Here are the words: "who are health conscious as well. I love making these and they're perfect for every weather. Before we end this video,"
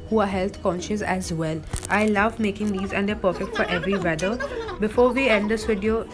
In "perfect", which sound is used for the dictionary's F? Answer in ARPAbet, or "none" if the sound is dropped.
F